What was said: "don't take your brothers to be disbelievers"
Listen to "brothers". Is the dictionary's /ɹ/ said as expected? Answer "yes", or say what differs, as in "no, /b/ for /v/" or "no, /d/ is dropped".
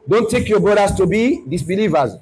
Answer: no, /ɹ/ is dropped